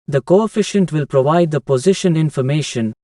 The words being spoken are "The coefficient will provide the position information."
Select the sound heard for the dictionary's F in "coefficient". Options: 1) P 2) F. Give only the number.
2